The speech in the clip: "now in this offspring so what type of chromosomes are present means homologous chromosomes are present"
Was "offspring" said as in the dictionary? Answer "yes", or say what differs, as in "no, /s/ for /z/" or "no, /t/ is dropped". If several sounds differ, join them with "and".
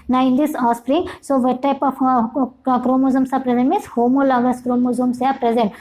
no, /f/ is dropped